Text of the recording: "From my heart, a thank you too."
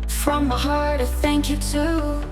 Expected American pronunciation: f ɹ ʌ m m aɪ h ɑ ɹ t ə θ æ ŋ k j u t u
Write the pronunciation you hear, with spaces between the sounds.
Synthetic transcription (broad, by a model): f ɹ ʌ m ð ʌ h ɑ ɹ t ə θ æ ŋ k j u t u